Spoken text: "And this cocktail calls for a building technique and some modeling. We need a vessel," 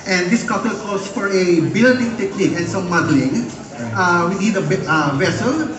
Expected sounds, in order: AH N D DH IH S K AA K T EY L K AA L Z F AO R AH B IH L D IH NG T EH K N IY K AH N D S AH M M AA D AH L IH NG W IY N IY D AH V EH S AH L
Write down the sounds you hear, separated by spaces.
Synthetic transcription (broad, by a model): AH N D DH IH S K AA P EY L K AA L S F AO R AH B IH L D IH NG T EH K N IY K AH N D S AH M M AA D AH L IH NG W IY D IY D AH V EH S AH L